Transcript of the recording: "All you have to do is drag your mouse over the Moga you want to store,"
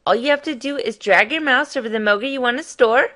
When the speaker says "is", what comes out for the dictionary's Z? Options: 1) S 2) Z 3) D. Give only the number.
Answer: 2